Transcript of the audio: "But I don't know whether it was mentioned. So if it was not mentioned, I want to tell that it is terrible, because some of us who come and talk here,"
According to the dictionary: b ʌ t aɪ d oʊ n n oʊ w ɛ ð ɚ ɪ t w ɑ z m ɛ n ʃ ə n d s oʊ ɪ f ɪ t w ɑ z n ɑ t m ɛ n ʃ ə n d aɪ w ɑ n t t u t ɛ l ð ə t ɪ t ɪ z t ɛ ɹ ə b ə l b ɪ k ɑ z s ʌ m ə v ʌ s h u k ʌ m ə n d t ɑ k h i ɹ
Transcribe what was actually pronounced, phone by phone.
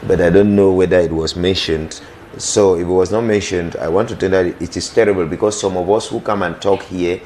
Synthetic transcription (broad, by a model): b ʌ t aɪ d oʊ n n oʊ w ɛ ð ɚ ɪ t w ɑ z m ɛ n ʃ ə n d s oʊ ɪ f ɪ t w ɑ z n ɑ t m ɛ n ʃ ə n d aɪ w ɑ n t t u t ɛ n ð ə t ɪ t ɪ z t ɛ ɹ ə b ə l b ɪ k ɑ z s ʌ m ə v ʌ s h u k ʌ m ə n t ɑ k h i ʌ